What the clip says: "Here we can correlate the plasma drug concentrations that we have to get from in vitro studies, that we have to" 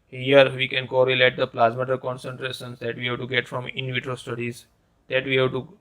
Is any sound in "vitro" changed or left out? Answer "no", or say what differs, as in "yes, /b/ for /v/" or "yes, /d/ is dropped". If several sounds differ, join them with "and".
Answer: no